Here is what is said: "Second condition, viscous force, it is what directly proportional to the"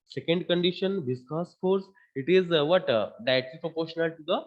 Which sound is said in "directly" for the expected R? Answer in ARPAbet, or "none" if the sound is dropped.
none